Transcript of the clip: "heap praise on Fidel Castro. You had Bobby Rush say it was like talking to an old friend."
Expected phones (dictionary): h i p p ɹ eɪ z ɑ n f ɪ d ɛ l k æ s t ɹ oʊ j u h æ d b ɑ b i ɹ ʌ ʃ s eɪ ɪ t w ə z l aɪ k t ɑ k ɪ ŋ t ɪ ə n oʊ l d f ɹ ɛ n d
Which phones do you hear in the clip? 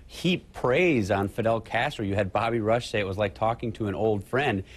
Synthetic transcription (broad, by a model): h i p p ɹ eɪ z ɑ n f ɪ d ɛ l k æ s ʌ ɹ j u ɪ d b ɑ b i ɹ ʌ ʃ s eɪ ɪ t w ə z l aɪ k t ɑ k ɪ ŋ t ɪ ə n oʊ l d f ɹ ɛ n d